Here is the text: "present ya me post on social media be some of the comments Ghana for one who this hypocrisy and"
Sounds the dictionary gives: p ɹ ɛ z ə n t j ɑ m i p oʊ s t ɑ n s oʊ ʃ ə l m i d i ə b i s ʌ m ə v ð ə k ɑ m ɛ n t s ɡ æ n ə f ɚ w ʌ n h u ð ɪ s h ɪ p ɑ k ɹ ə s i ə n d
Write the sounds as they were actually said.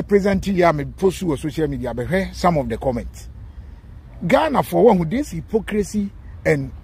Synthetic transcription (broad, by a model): p ɹ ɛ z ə n t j ɑ m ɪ p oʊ s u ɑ s oʊ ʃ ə l m i d i ə b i s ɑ m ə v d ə k ɑ m ɛ n t s ɡ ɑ n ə f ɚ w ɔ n h u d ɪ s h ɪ p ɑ k ɹ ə s i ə n